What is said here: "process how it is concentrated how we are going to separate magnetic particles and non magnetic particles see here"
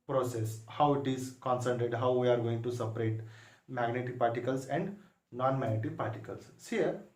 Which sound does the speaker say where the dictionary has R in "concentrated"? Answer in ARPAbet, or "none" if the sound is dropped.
none